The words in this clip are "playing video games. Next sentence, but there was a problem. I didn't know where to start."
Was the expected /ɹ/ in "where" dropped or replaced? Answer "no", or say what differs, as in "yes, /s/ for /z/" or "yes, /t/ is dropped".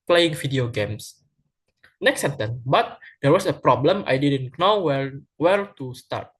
yes, /l/ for /ɹ/